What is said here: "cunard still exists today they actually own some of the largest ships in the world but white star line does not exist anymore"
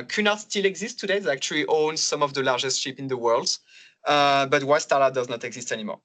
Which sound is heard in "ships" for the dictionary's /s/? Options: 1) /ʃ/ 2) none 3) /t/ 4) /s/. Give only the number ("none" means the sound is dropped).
2